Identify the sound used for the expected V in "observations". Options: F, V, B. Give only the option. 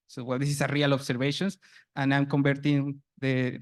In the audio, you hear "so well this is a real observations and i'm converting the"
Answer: B